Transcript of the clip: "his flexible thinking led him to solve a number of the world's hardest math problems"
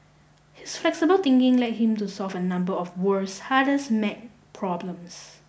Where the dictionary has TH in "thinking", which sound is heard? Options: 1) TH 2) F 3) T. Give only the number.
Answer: 3